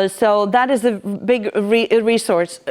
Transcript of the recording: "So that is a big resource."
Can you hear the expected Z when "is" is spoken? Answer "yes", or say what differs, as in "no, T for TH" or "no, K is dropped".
yes